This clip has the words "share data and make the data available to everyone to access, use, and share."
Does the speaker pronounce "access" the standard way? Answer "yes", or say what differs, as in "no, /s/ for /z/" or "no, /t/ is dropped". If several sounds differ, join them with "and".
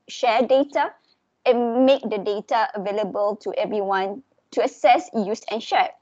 no, /k/ is dropped